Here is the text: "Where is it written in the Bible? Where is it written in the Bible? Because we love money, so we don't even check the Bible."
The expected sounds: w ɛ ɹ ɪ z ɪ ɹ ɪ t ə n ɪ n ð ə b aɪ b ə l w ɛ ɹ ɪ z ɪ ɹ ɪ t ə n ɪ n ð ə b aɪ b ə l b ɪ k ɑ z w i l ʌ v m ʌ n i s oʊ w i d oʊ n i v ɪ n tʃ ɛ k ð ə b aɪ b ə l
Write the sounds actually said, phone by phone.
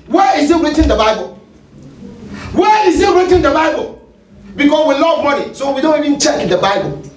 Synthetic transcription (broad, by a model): w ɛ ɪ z ɪ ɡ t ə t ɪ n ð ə b aɪ b ə l w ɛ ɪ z ɪ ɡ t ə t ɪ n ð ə b aɪ b ə l b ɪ k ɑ s w i l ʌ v m ʌ n i s oʊ w i d oʊ n i v ɪ n tʃ ɛ k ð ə b aɪ b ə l